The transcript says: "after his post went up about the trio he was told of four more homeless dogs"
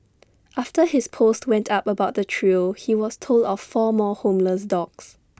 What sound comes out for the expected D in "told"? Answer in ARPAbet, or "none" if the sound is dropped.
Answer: D